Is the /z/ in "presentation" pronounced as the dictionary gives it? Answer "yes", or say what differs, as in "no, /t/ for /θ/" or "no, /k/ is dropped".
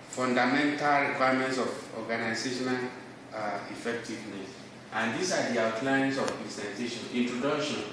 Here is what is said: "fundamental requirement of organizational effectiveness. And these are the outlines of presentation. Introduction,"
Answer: no, /s/ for /z/